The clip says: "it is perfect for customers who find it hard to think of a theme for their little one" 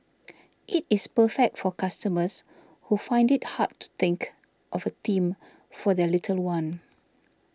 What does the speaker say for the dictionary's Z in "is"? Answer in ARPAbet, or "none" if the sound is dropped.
S